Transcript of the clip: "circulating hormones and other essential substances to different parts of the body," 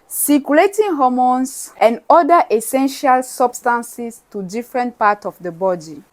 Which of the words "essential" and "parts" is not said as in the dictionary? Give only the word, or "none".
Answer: parts